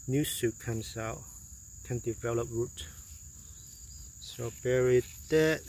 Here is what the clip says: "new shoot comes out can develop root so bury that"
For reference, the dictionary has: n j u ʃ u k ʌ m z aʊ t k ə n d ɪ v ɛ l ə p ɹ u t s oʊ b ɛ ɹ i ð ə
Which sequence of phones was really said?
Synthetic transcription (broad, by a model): n j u s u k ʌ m s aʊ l k ə n d ɪ v ɛ l ə p ɹ u t s oʊ b ɛ ɹ i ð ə